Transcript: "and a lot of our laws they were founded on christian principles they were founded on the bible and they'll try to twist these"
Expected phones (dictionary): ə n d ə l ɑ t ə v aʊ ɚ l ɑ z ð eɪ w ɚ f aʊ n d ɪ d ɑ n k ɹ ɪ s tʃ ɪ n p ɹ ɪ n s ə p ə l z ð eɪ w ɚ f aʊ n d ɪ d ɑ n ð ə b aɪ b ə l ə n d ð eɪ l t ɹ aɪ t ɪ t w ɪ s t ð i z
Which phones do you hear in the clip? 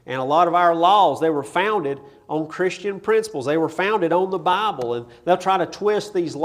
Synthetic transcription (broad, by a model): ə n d ə l ɑ t ə v aʊ ɚ l ɑ z ð eɪ w ɚ f aʊ n d ɪ d n k ɹ ɪ s tʃ ɪ n p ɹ ɪ n s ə p l z ð eɪ w ɚ f aʊ n d ɪ d n ð ə b aɪ b ə l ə n ð eɪ l t ɹ aɪ t ɪ t w ɪ s t ð i z